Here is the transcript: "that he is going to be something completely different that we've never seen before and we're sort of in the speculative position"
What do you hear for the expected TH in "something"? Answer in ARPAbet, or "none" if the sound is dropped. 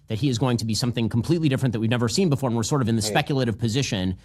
TH